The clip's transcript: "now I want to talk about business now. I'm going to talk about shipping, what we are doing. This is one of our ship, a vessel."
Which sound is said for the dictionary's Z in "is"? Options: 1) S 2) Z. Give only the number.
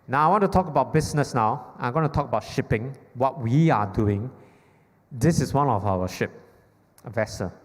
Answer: 1